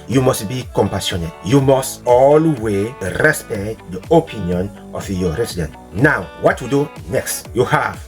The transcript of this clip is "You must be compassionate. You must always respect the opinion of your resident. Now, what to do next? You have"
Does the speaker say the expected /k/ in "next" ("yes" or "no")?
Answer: yes